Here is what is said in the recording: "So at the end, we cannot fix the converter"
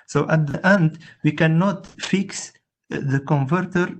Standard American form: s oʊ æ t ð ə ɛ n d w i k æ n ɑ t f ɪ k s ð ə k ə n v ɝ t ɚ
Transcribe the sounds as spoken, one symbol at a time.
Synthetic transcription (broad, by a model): s oʊ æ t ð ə ɛ n d w i k æ n ɑ t f ɪ k s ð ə k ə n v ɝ t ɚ